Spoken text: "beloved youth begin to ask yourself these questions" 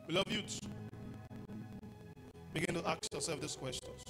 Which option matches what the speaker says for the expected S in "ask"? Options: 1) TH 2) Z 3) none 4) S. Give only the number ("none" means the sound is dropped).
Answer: 3